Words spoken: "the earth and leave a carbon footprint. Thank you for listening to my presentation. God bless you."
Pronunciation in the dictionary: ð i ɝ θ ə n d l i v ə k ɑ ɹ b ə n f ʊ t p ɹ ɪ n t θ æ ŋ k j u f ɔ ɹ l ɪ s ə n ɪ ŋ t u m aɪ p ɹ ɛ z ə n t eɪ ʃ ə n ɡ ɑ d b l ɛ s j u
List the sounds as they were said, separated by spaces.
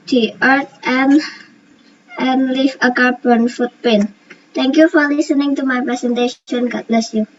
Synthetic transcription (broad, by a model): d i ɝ t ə n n l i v ə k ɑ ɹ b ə n f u t p ɛ n t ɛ ŋ k j u f ɔ ɹ l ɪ s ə n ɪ ŋ t u m aɪ p ɹ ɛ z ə n t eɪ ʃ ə n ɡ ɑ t b l ɛ s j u